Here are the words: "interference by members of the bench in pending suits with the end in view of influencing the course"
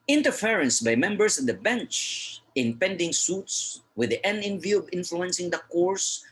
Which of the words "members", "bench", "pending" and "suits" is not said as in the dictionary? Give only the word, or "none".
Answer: members